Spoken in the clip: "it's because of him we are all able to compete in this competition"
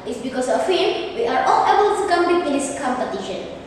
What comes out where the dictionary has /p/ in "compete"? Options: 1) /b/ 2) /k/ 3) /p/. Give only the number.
1